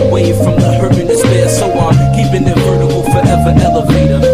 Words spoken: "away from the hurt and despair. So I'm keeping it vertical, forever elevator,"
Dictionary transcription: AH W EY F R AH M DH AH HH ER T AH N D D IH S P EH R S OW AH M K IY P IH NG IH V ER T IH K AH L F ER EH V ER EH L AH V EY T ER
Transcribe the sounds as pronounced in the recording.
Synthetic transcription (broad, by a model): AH W EY F R AH M DH AH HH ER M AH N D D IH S B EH S OW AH K IY P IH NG IH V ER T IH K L F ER EH V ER EH L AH V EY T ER